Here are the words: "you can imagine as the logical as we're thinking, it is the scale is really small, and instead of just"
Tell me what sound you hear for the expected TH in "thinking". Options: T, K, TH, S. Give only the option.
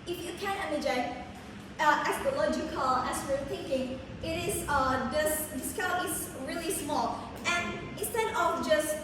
TH